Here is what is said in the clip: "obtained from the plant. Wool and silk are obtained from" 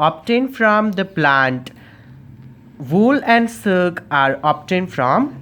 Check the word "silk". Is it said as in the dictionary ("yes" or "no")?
no